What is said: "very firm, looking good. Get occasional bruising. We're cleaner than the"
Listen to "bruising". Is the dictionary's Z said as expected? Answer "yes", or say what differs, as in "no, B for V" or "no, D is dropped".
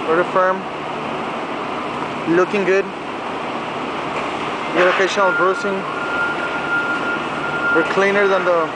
no, S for Z